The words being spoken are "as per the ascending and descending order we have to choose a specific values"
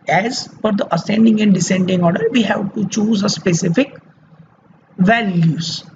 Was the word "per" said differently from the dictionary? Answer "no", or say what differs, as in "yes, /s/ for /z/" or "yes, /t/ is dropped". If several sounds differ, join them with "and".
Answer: yes, /f/ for /p/